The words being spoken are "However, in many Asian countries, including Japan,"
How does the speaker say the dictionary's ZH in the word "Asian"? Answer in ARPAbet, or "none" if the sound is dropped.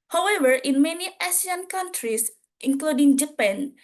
S